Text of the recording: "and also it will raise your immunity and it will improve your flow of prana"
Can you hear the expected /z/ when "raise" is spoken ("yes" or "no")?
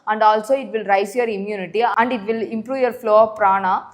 no